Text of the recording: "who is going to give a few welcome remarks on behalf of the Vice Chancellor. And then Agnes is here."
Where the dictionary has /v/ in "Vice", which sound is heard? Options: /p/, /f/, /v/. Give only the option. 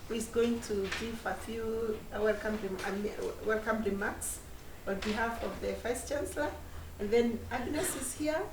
/f/